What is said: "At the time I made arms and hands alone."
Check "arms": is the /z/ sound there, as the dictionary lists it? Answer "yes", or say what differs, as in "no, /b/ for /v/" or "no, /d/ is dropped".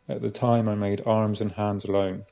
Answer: yes